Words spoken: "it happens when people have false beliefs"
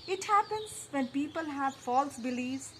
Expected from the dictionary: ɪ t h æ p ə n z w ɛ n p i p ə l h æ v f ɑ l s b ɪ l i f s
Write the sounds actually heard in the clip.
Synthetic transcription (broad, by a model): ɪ t h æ p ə n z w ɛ n p i p ə l h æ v f ɑ l s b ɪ l i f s